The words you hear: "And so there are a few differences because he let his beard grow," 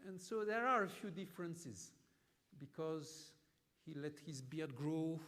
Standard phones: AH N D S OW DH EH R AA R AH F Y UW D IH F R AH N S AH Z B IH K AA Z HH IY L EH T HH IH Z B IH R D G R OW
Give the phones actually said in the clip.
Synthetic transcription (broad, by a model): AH N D S OW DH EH R AA R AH F Y UW D IH F R AH N S AH Z B IH K AA Z HH IY L EH T HH IH Z B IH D G R OW